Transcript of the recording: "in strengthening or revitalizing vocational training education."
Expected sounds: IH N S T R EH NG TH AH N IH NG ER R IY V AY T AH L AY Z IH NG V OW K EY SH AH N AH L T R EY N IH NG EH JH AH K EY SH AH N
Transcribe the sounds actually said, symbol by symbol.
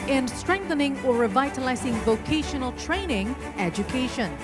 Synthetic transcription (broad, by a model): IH N S T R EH NG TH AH N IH NG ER R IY V AY T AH L AY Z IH NG V OW K EY SH AH N AH L T R EY N IH NG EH JH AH K EY SH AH N